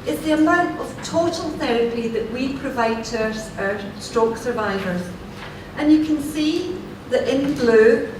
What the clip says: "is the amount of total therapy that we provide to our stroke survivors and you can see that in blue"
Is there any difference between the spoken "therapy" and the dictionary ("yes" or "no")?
no